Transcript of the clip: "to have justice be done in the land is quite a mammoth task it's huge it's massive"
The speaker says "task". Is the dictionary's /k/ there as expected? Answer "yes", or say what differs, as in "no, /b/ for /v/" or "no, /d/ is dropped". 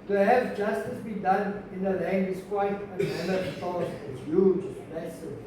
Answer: no, /k/ is dropped